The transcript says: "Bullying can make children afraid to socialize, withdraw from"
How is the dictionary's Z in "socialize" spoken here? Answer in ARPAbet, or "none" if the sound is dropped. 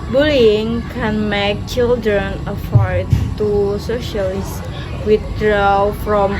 S